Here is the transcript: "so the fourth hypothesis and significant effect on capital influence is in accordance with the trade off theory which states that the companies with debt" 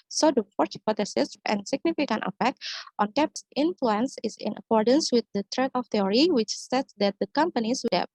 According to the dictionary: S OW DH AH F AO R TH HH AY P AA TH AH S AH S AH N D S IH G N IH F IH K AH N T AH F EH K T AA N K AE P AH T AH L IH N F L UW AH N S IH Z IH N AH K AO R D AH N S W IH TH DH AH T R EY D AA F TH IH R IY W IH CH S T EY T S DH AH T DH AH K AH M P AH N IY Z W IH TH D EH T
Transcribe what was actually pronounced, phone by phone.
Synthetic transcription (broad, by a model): S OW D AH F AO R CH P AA T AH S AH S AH N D S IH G N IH F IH K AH N T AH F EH K T AA N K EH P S IH N F L UW AH N S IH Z IH N AH K AO R D AH N S W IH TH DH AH T R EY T AA F T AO R IY W IH CH S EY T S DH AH T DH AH K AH M P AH N IY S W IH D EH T